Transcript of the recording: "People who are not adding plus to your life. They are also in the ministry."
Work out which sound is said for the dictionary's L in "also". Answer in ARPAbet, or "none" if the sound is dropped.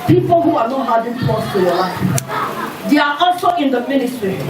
N